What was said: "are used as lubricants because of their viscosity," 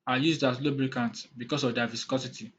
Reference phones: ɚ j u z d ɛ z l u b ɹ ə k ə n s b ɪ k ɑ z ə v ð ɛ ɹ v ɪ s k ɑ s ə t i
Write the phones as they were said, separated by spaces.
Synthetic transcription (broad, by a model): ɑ j u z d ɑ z l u b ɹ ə k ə n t b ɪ k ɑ s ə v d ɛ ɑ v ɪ s k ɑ s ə t i